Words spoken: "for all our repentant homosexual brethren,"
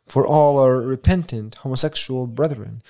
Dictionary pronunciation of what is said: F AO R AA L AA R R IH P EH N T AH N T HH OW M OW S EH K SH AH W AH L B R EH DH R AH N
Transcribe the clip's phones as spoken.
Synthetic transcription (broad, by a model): F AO R AA L AA R R IH P EH N T AH N T HH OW M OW S EH K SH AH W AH L B R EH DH R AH N